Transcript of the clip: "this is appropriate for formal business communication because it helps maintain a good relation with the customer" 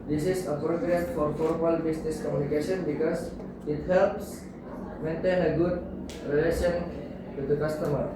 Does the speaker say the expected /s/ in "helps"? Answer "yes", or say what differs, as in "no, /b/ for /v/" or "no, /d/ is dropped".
yes